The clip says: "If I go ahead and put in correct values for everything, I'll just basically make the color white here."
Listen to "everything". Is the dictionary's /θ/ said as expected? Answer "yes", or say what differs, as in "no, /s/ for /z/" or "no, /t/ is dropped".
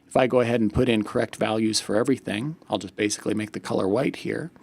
yes